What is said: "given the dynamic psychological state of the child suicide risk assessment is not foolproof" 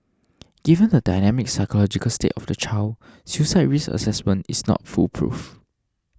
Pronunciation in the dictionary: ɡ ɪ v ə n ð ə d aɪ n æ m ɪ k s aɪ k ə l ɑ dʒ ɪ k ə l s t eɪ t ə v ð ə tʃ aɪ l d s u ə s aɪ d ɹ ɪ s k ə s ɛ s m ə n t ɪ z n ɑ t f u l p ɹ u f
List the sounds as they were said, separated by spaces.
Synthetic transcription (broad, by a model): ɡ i v ə n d ə d aɪ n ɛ m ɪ k s aɪ k ə l ɑ dʒ ɪ k ə l s t eɪ t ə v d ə tʃ aɪ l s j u s aɪ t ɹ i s ə s ɛ s m ə n t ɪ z n ɑ t f u l p ɹ u f